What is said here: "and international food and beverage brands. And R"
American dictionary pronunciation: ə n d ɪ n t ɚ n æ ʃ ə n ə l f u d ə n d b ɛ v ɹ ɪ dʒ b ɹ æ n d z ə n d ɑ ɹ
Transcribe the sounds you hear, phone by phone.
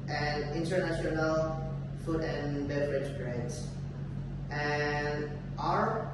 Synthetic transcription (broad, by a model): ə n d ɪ n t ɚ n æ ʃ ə n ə l f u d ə n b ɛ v ɹ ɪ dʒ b ɹ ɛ d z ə n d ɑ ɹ